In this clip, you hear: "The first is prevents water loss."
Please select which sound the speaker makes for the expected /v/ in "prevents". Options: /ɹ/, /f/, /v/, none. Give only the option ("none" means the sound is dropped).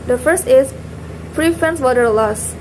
/f/